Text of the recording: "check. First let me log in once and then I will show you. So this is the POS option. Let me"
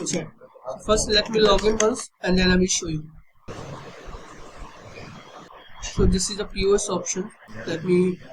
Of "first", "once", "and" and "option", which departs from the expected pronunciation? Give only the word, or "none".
once